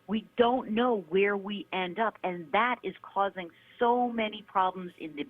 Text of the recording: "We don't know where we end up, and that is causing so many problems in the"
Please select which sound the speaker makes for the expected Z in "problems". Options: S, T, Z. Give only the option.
Z